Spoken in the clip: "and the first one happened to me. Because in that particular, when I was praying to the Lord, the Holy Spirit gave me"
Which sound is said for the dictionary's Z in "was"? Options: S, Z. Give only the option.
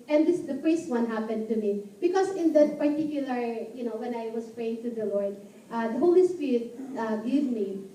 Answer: S